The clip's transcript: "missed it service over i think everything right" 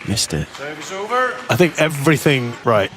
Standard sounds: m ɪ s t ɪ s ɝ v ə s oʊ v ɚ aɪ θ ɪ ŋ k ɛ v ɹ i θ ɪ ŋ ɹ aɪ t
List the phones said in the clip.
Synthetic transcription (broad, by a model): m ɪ s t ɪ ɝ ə oʊ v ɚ aɪ θ ɪ ŋ k ɛ v ɹ i θ ɪ ŋ ɹ aɪ t